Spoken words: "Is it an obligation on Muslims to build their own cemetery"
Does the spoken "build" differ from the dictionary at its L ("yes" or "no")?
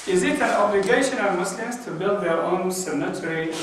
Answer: no